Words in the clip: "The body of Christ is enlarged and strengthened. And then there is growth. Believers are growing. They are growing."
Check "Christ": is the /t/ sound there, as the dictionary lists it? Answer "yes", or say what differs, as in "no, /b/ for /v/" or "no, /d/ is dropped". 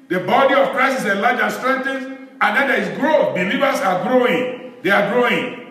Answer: no, /t/ is dropped